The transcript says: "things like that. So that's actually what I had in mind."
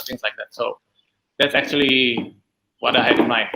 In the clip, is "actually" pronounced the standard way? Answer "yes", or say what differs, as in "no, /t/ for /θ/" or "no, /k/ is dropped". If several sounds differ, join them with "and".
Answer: yes